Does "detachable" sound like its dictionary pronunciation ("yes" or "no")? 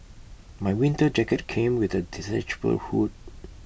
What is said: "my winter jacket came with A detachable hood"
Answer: no